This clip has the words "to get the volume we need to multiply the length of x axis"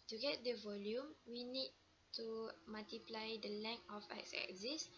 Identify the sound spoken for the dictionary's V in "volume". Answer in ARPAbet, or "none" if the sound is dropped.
V